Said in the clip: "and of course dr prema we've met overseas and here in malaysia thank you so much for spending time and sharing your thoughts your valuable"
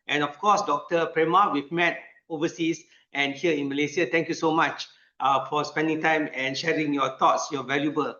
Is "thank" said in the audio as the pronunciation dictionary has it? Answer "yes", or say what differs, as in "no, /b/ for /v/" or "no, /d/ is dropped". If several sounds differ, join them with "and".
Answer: no, /t/ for /θ/